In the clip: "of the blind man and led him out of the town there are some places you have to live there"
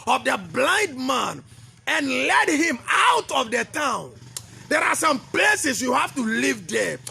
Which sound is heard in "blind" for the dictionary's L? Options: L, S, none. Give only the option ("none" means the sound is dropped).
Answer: L